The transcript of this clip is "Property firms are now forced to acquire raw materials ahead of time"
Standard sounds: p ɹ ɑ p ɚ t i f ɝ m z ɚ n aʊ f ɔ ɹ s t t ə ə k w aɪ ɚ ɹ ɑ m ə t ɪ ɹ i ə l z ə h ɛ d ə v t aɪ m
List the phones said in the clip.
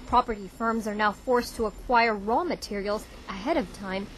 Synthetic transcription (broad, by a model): p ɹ ɑ p ɚ t i f ɝ m z ɚ n aʊ f ɔ ɹ s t t ə ə k w aɪ ɚ ɹ ɑ m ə t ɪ ɹ i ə l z ə h ɛ d ə v t aɪ m